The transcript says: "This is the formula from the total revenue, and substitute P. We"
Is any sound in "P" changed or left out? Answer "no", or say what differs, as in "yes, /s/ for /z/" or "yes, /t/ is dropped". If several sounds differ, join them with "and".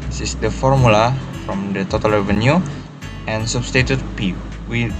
no